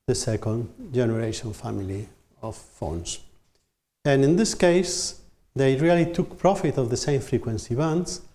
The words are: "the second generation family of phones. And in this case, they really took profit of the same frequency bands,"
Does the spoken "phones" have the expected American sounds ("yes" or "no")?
no